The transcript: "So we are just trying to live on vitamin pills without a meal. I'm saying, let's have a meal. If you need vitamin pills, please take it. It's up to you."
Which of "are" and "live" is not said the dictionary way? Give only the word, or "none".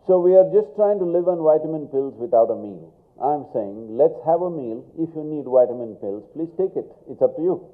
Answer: none